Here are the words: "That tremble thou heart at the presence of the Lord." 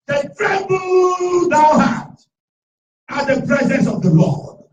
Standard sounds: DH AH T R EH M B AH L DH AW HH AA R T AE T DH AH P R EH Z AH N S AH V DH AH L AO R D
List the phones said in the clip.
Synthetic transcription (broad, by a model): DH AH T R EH B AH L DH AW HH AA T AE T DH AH P R EH Z AH N S AH V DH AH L AO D